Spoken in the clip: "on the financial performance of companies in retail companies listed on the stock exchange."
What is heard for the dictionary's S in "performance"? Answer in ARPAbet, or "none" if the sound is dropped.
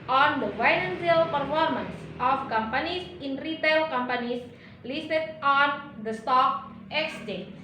S